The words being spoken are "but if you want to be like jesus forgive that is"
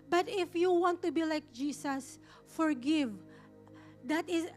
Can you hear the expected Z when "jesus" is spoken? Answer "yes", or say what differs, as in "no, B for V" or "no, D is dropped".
no, S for Z